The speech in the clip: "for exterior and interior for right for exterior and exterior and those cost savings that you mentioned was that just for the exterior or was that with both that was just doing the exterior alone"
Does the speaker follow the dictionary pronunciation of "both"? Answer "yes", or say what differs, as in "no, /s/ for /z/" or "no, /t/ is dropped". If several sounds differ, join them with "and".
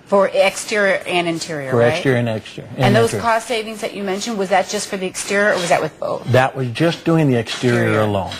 yes